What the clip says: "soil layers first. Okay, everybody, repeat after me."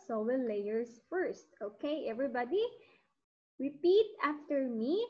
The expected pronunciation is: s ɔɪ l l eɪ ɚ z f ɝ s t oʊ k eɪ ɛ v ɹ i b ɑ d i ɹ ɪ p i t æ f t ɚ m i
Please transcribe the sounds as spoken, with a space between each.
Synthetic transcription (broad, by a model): s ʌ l l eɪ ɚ s f ɝ s t oʊ k eɪ ɛ v ɹ i b ɑ d i ɹ ɪ p i t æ f t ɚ m i